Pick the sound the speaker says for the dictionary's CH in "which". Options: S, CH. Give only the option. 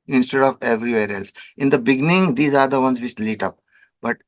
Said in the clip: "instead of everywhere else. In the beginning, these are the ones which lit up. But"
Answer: S